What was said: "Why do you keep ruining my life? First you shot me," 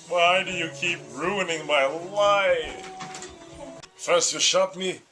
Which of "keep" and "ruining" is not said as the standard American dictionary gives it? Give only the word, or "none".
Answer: none